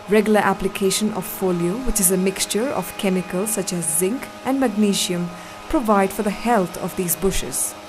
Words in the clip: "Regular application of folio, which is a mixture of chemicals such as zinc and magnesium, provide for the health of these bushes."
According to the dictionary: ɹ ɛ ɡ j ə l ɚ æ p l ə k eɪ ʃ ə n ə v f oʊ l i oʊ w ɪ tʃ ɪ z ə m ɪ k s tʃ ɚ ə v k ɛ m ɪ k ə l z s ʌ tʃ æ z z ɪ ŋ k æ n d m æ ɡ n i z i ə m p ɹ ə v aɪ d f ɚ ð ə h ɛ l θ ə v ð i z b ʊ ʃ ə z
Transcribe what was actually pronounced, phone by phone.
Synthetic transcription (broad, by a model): ɹ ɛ ɡ j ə l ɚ æ p l ə k eɪ ʃ ə n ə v f oʊ l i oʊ w ɪ tʃ ɪ z ə m ɪ k s tʃ ɚ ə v k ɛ m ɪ k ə l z s ʌ tʃ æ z z ɪ ŋ k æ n d m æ ɡ n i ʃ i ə m p ɹ ə v aɪ d f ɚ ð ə h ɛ l t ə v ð i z b ʊ ʃ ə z